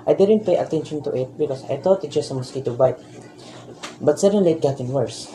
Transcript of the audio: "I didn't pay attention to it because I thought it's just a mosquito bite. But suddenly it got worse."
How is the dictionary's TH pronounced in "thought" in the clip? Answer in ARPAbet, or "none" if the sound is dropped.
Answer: T